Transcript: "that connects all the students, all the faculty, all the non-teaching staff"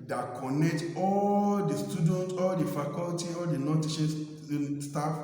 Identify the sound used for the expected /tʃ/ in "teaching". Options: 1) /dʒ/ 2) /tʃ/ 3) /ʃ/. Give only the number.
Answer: 3